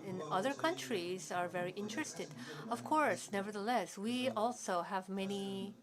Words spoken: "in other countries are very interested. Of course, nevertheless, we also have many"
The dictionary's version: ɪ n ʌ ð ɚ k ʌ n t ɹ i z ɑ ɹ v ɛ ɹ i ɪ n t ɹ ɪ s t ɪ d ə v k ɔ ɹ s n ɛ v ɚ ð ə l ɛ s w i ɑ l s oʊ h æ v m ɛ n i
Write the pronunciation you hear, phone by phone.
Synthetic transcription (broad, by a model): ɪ n ʌ ð ɚ k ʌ n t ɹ i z ɑ ɹ v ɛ ɹ i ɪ n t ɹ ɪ s t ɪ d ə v k ɔ ɹ s n ɛ v ɚ ð ə l ɛ s w i ɑ l s oʊ h æ v m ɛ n i